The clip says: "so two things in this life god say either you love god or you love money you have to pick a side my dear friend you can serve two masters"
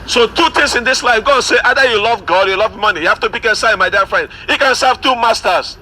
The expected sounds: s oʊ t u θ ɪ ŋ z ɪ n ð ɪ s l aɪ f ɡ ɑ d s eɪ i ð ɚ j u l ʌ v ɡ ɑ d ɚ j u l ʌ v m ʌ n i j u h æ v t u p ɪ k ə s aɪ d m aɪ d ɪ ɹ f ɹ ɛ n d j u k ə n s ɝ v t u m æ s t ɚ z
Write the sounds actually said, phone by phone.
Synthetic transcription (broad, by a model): s oʊ t u t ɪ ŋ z ɪ n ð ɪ s l aɪ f ɡ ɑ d s eɪ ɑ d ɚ j u l ʌ v ɡ ɑ d j u l ʌ v m ʌ n i j u h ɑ f t u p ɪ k ə s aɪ m aɪ d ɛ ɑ f ɹ ɛ n d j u k ə n s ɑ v t u m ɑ s t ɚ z